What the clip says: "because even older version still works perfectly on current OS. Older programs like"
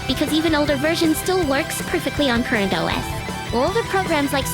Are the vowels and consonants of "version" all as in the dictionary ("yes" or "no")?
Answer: yes